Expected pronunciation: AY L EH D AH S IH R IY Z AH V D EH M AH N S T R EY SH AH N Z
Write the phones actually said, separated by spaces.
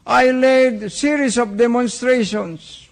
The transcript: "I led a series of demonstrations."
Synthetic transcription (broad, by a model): AY L EH D S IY R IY S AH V D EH M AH N S T R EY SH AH N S